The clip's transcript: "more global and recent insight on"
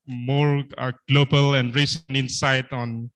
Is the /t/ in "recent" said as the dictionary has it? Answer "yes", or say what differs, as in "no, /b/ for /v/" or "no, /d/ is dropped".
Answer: no, /t/ is dropped